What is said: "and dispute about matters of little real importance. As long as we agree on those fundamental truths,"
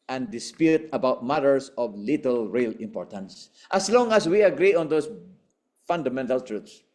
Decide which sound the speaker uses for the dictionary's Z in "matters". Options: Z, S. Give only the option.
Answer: S